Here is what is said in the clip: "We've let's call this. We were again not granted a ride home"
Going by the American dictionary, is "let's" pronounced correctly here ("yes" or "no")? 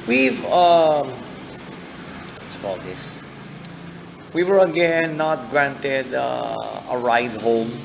no